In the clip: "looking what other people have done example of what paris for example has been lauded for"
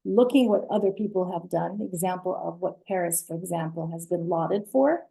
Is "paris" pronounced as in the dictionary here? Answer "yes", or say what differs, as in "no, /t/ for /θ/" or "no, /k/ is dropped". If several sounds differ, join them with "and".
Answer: yes